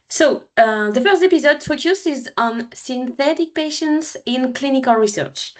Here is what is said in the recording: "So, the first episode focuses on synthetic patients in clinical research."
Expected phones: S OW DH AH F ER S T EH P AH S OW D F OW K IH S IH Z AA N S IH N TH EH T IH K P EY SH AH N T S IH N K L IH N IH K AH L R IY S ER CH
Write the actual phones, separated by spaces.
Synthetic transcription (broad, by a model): S OW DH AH F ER S T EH P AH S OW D F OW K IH S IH Z AA N S IH N TH EH T IH K P EY SH AH N T S IH N K L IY N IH K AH L R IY S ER CH